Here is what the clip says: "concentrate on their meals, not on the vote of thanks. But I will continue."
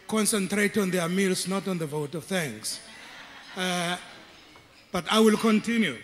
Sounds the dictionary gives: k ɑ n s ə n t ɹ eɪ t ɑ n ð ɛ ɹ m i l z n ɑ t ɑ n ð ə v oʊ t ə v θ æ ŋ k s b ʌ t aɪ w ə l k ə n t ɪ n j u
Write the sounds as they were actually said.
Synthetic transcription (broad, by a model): k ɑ n s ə n t ɹ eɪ t ɑ n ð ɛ m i l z n ɑ t ɑ n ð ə v oʊ t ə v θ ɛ ŋ s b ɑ t aɪ w ə l k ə n t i n j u